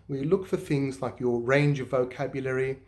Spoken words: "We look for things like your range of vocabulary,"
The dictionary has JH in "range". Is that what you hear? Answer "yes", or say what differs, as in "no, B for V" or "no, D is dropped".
yes